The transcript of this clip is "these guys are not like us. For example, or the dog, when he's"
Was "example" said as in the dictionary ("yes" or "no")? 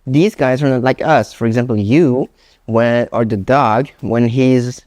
no